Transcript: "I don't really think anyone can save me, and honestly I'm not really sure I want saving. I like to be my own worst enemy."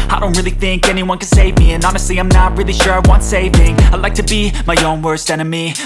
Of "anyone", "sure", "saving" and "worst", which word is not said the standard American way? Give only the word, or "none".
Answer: none